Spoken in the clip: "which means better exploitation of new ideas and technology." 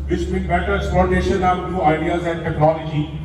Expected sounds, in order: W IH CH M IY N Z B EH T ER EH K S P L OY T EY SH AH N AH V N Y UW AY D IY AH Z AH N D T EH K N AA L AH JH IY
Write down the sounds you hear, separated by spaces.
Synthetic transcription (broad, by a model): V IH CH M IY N B EH T ER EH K S P L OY T EY SH AH N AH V N Y UW AY D IY AH Z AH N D T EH K N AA L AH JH IY